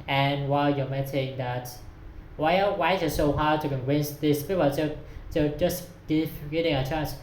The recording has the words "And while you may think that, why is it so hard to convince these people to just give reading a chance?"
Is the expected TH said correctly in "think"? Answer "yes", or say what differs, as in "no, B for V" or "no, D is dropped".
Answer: no, T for TH